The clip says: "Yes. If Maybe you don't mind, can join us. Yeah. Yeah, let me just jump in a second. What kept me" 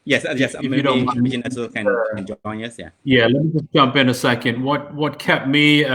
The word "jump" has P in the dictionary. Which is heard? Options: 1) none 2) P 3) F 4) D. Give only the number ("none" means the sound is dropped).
2